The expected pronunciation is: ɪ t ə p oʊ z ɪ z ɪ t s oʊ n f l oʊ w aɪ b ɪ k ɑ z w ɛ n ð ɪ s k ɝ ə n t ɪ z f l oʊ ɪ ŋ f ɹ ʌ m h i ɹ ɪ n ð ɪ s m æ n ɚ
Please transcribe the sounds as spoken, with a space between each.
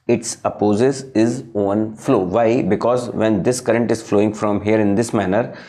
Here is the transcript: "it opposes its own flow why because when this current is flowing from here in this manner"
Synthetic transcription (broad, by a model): ɪ t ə p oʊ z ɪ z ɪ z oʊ n f l oʊ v aɪ b ɪ k ɑ z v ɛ n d ɪ s k ɝ ə n t ɪ z f l oʊ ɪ ŋ f ɹ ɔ m h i ɹ ɪ n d ɪ s m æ n ɚ